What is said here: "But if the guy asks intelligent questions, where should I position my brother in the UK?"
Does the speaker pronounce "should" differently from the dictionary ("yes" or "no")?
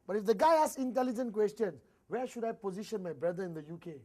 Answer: no